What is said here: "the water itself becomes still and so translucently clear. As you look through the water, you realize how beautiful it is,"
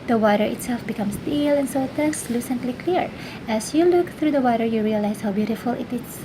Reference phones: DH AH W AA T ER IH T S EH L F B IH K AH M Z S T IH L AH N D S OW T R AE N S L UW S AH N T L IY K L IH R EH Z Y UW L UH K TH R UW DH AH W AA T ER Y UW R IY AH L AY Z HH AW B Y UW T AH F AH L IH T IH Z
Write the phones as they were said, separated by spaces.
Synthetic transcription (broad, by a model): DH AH W AA T ER IH T S EH L F B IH K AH M S T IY L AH N S OW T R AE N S L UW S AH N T L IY K L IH R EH S Y UW L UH K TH R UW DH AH W AA T ER Y UW R IY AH L AY S HH AW B Y UW T AH F AH L IH T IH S